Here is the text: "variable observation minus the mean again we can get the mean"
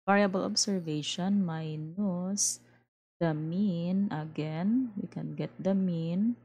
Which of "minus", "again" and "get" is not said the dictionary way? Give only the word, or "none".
none